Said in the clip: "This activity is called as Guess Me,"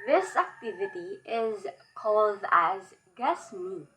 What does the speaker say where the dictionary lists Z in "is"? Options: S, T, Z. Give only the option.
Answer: Z